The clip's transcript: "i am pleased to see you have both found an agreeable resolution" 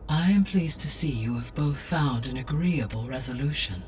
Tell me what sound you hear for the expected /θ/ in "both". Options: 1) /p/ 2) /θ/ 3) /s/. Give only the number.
2